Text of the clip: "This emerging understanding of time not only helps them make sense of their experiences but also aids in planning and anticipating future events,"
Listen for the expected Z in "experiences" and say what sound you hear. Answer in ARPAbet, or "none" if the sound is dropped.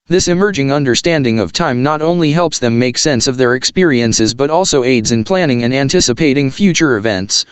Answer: Z